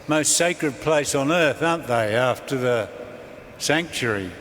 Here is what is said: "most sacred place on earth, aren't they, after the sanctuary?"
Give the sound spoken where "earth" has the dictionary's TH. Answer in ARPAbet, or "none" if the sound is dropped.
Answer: TH